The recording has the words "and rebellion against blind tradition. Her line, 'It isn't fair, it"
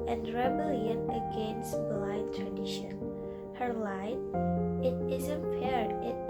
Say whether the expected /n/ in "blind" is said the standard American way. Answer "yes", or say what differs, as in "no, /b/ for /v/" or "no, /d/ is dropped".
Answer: no, /n/ is dropped